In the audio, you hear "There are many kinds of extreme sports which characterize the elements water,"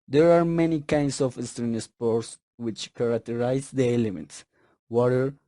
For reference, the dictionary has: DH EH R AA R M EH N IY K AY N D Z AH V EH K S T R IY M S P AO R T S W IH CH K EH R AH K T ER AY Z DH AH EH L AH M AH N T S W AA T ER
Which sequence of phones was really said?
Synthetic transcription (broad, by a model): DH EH R AA R M EH N IY K AY N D S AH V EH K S T R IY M S P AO R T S W IH CH K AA R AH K T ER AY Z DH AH EH L AH M AH N T S W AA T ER